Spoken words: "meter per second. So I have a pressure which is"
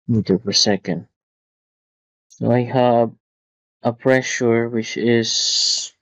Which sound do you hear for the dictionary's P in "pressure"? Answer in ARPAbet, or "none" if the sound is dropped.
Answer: P